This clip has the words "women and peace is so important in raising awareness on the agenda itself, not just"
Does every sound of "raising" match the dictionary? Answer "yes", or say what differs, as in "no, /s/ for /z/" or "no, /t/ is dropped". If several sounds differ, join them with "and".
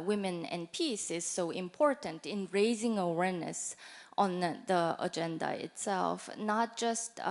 yes